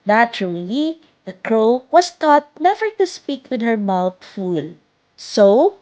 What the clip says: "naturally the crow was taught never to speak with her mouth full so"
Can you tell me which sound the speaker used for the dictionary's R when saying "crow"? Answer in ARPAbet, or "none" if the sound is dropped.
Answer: R